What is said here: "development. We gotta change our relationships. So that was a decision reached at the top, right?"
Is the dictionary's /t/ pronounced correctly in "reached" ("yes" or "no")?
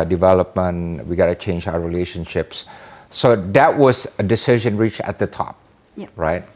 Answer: no